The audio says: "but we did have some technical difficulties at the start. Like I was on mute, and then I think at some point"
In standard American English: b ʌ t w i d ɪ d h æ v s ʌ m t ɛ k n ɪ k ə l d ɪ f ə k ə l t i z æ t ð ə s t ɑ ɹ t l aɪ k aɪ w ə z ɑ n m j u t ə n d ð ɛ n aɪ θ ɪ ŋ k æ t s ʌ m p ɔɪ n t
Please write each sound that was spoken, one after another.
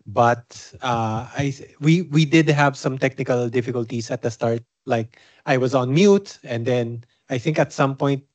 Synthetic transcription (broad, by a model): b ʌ t w i d ɪ d h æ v s ʌ m t ɛ k n ɪ k ə l d ɪ f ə k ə l t i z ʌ t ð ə s t ɑ ɹ t l aɪ k aɪ w ə z ɑ n m j u t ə n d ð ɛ n aɪ θ ɪ ŋ k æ t s ʌ m p ɔɪ n t